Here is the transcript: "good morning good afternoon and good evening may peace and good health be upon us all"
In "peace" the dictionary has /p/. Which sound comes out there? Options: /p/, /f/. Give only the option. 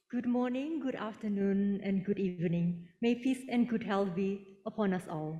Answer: /f/